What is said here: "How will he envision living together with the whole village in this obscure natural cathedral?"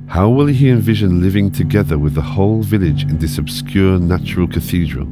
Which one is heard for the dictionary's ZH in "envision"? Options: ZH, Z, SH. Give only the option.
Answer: ZH